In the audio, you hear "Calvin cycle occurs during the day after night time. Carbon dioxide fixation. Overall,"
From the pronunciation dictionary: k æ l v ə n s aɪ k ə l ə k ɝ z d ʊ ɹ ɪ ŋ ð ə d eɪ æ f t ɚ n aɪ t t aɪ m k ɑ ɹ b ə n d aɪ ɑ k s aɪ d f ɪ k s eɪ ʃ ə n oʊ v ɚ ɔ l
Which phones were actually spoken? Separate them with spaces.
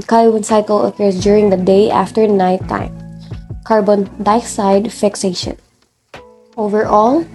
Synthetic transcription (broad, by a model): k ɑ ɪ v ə n s aɪ k ə l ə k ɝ s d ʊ ɹ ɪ ŋ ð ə d eɪ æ f t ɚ n aɪ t t aɪ m k ɑ ɹ b ə n d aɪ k s aɪ d f ɪ k s eɪ ʃ ə n oʊ v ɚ ɔ l